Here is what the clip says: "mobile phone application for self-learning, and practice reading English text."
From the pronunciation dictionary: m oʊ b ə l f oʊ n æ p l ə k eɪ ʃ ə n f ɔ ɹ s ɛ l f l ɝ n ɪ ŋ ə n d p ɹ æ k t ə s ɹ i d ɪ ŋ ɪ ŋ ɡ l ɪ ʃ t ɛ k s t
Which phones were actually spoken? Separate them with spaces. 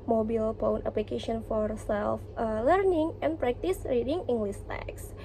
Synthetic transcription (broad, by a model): m oʊ b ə l p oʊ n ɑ p l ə k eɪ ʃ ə n f ɔ ɹ s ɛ l f l ɝ n ɪ ŋ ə n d p ɹ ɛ k t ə s ɹ i d ɪ ŋ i ŋ ɡ l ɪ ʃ t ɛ k s